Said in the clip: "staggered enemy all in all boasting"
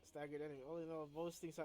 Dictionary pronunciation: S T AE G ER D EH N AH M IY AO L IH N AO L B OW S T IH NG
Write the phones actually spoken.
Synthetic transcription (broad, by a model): S T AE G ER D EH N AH IY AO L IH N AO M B OW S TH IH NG